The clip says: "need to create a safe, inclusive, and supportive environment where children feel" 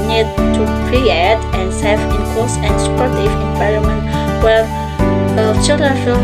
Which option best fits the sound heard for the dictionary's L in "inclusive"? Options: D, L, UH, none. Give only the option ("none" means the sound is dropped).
none